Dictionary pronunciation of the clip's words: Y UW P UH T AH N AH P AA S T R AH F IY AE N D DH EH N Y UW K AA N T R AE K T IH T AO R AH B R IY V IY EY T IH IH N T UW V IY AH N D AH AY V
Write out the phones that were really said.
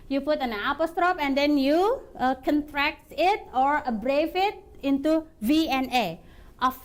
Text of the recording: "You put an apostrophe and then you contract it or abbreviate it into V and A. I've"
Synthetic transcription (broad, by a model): Y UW P UH T AH N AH P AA S T R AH P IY N D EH N Y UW K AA N T R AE K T IH T AO R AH B R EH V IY T IH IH N T UW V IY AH N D AH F